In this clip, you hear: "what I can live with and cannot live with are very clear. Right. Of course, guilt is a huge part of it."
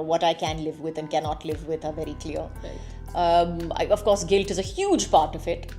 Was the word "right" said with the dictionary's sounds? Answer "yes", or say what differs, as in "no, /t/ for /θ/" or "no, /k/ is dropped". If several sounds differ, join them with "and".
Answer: no, /t/ is dropped